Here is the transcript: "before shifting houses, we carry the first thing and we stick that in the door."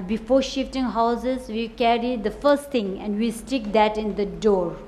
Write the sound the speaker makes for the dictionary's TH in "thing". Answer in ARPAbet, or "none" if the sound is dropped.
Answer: T